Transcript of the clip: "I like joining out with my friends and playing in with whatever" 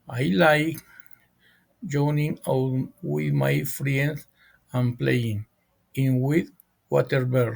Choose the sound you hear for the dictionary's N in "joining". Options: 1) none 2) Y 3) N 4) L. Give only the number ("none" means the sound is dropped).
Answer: 3